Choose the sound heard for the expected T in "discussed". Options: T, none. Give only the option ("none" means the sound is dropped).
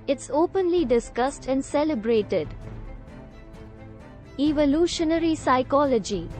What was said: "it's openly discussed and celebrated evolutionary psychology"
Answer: T